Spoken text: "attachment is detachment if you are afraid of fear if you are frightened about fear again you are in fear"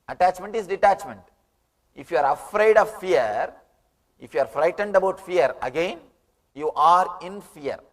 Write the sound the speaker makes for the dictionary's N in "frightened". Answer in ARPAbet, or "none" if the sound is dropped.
N